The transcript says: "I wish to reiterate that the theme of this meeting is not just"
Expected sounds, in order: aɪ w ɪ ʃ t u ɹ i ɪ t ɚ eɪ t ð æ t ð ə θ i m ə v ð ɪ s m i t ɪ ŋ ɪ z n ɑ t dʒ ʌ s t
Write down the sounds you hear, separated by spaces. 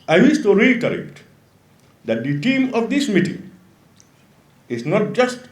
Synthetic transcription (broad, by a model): aɪ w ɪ s t u ɹ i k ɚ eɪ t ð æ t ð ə t i m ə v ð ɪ s m i t ɪ ŋ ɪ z n ɑ t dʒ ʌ s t